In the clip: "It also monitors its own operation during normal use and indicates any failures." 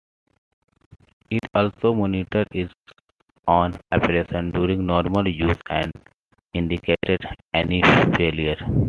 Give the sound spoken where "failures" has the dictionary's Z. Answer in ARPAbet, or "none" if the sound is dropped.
none